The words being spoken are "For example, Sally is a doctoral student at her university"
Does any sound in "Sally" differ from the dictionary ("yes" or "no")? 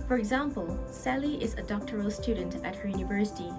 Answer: no